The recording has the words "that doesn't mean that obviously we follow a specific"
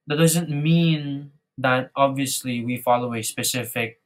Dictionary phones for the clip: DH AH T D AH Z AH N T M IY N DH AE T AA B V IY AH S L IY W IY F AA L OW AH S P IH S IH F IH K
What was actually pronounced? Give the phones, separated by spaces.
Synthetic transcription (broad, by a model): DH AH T D AH Z AH N T M IY N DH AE T AA B V IY AH S L IY W IY F AA L OW AH S P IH S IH F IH K